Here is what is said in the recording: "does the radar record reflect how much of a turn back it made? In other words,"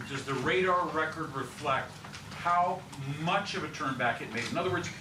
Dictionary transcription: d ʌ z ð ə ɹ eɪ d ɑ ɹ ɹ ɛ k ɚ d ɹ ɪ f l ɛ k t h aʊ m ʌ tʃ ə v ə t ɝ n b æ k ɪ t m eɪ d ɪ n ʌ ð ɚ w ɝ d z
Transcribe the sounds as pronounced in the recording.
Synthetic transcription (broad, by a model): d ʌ z ð ə ɹ eɪ d ɑ ɹ ɹ ɛ k ɚ d ɹ ɪ f l ɛ k t h aʊ m ʌ tʃ ə v ə t ɝ n b æ k ɪ t m eɪ d ɪ n ʌ ð ɚ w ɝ d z